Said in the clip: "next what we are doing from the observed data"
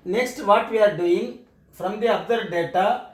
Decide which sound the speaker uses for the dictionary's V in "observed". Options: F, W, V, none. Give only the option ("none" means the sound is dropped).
none